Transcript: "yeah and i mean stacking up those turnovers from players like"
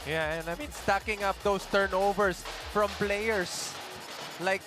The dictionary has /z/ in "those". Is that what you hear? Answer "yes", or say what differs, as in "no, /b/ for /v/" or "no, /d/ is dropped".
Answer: no, /s/ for /z/